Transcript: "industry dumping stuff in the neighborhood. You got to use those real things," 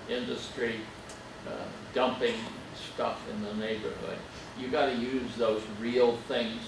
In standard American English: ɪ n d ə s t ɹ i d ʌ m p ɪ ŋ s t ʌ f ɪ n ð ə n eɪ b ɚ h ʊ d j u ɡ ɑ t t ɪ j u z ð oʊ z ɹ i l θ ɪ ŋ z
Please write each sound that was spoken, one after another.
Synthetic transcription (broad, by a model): ɪ n d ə s t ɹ i d ʌ m p ɪ ŋ s t ʌ f ɪ n ð ə n eɪ b ɚ h ʊ d j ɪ ɡ ɑ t t ɪ j u z ð oʊ z ɹ i l θ ɪ ŋ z